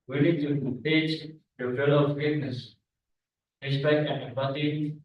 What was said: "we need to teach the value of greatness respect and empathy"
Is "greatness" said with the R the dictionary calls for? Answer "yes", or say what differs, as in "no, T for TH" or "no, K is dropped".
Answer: no, R is dropped